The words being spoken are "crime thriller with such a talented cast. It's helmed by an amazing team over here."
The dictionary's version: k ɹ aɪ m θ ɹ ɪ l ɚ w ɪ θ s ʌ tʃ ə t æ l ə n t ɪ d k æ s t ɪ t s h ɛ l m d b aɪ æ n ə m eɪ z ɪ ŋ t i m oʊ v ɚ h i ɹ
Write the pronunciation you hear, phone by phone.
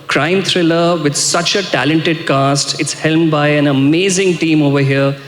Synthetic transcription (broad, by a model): k ɹ aɪ m t ɹ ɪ l ɚ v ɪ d s ʌ tʃ ə t æ l ə n t ɪ d k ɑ s t ɪ t s h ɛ l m b aɪ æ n ə m eɪ z ɪ ŋ t i m oʊ v ɚ h i ɹ